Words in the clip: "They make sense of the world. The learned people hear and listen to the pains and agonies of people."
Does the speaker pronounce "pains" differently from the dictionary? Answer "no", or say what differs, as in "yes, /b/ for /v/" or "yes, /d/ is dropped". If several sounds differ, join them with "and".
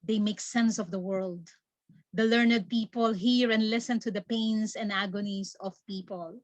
yes, /s/ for /z/